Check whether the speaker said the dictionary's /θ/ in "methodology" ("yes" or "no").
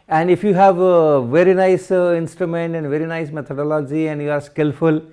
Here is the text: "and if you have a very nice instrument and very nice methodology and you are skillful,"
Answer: no